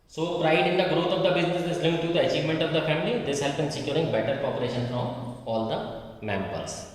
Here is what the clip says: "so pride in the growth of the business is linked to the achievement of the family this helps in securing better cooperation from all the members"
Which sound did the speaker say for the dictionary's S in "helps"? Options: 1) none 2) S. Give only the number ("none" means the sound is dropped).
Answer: 1